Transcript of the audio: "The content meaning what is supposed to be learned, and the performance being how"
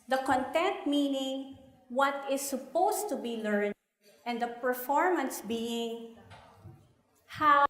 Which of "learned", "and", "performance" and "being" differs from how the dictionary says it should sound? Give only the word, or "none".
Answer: learned